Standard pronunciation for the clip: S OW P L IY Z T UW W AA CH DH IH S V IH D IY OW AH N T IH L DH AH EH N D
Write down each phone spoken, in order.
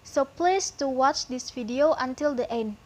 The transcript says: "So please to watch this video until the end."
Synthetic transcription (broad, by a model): S OW P L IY S T UW W AA CH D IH S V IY D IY OW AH N T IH L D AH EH N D